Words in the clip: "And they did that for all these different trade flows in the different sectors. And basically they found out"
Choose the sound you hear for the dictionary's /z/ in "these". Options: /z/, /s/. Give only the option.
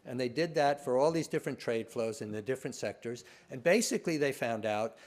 /z/